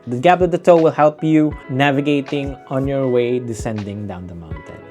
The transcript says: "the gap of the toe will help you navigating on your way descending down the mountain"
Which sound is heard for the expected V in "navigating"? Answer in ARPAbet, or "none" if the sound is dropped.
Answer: V